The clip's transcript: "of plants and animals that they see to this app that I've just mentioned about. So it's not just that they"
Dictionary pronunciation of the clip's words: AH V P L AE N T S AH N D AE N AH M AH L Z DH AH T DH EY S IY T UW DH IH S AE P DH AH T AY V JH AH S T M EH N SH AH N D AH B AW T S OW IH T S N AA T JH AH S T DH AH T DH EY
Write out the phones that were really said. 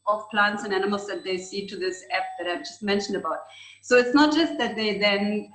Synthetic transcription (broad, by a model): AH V P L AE N T S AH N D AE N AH M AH L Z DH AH T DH EY S IY T UW DH IH S AE P DH AH T AY V JH AH S T M EH N SH AH N D AH B AW T S OW IH T S N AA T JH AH S T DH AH T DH EY